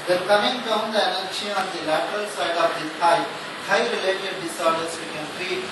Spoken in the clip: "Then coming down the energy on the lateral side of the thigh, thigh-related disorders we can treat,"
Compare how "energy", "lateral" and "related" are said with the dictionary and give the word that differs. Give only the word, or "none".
energy